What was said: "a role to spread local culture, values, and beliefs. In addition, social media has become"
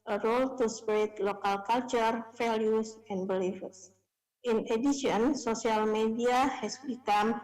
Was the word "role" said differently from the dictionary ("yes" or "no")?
no